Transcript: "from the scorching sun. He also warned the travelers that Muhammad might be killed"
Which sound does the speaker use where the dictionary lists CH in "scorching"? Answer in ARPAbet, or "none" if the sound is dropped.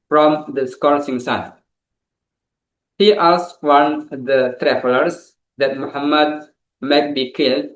S